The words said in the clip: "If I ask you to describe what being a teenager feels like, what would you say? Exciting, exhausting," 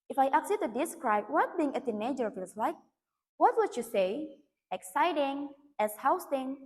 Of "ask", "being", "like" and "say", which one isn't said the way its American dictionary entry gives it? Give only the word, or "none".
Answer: ask